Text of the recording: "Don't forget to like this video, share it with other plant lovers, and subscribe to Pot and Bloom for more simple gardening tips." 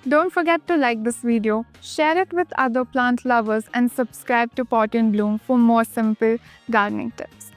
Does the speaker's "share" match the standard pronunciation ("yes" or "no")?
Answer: yes